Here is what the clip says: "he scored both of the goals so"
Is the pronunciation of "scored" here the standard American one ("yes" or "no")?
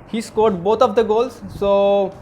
yes